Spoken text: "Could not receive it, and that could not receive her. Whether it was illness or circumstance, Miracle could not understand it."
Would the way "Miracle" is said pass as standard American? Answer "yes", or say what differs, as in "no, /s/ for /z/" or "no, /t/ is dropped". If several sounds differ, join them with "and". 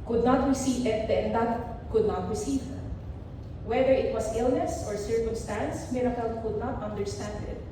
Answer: yes